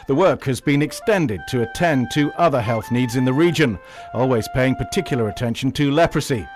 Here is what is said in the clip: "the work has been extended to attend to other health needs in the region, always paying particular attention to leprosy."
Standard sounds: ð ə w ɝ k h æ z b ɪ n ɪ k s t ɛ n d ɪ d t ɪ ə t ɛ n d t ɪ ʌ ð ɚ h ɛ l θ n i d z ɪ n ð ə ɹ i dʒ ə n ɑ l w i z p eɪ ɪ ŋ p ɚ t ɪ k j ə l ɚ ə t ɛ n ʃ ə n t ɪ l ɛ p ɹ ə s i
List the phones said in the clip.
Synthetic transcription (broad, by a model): ð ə w ɝ k h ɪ z b ɪ n ɪ k s t ɛ n d ɪ d t ɪ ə t ɛ n t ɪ ʌ ð ɚ h ɛ l θ n i d z ɪ n ð ə ɹ i dʒ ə n ɑ l w i z p eɪ ɪ ŋ p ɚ t ɪ k j l ɚ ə t ɛ n ʃ n t ɪ l ɛ p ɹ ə s i